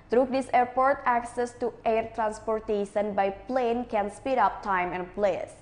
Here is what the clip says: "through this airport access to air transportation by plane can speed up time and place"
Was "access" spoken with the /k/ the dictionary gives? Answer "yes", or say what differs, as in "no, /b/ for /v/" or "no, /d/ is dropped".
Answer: yes